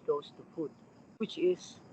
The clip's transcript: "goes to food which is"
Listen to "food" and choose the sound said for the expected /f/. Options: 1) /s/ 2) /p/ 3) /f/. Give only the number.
2